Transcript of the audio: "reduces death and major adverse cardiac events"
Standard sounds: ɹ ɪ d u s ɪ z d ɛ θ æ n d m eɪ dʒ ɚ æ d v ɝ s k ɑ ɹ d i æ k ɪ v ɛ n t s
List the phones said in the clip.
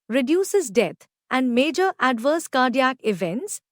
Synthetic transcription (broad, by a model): ɹ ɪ d u s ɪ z d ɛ t æ n d m eɪ dʒ ɚ æ d v ɝ s k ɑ ɹ d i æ k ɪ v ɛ n t s